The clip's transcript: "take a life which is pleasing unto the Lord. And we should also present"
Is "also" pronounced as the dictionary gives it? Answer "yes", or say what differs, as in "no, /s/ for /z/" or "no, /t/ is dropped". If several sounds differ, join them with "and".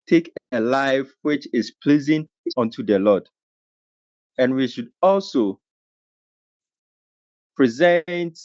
yes